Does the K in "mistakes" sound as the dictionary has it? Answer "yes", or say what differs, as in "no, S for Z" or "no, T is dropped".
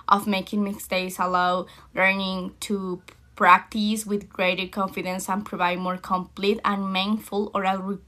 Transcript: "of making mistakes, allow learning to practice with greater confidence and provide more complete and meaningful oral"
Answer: no, K is dropped